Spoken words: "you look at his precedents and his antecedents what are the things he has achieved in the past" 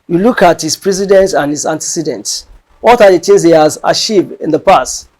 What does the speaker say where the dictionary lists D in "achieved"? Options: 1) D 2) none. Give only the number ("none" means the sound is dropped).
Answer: 2